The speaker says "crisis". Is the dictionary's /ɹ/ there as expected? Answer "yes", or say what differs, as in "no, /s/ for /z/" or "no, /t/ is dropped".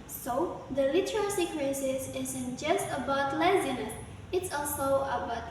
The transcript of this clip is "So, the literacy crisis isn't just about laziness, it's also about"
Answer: no, /w/ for /ɹ/